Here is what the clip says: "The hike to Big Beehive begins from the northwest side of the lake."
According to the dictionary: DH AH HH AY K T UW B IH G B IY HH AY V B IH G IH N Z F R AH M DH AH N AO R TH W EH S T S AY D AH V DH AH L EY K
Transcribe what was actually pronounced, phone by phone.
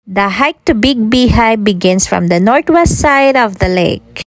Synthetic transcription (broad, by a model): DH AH HH AY K T UW B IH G B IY HH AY B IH G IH N S F R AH M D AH N AO R T W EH S T S AY D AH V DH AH L EY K